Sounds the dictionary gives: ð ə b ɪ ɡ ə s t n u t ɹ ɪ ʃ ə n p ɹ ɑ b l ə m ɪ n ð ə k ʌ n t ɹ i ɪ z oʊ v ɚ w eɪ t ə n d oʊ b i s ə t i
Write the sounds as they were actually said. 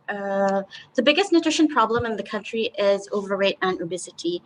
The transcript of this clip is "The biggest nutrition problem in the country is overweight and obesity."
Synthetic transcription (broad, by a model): ð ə b ɪ ɡ ə s t n u t ɹ ɪ ʃ ə n p ɹ ɑ b l ə m ɪ n ð ə k ʌ n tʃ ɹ i ɪ z oʊ v ɚ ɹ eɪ t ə n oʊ b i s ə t i